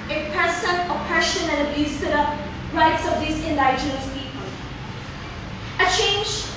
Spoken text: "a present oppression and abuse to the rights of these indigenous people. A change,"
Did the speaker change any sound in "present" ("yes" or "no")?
yes